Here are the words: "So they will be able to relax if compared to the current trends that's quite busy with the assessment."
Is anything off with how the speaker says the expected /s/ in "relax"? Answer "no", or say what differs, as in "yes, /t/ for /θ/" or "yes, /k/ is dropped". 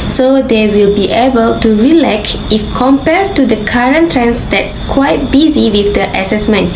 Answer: yes, /s/ is dropped